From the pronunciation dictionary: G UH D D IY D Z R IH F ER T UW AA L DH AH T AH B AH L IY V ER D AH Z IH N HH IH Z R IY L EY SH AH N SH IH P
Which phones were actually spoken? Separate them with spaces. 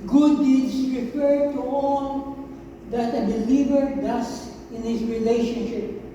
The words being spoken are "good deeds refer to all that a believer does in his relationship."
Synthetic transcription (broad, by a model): G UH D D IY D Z R IH F ER T UW AA L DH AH T AH B AH L IY V ER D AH S IH N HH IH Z R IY L EY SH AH N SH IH P